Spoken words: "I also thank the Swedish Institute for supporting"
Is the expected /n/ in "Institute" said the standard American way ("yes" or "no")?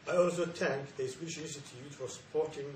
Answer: no